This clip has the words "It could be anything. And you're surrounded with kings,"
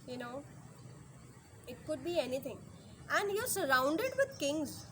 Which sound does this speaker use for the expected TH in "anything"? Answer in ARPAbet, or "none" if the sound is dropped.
T